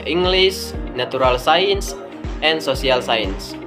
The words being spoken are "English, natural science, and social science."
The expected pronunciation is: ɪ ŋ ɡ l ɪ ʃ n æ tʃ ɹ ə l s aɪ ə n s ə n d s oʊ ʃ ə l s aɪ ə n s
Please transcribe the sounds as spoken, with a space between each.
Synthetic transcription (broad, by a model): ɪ ŋ ɡ l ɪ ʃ n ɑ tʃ ɹ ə l s aɪ ə n s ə n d s oʊ s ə l s aɪ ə n s